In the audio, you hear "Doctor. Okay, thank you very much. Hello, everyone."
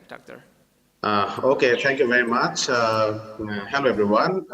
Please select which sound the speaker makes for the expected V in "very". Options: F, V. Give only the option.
V